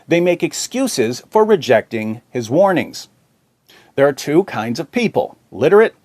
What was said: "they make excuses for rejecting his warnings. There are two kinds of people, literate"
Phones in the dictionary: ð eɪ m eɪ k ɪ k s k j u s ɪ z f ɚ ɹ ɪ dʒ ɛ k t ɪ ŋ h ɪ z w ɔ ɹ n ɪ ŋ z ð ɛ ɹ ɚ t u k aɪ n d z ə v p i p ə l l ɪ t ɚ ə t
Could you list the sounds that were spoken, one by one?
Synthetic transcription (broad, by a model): ð eɪ m eɪ k ɪ k s k j u s ɪ z f ɚ ɹ ɪ dʒ ɛ k t ɪ ŋ h ɪ z w ɔ ɹ n ɪ ŋ z ð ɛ ɹ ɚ t u k aɪ n d z ə v p i p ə l l ɪ t ɚ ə t